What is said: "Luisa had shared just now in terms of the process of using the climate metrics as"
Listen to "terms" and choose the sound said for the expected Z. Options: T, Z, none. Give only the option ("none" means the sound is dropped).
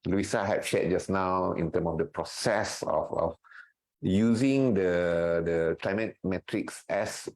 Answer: none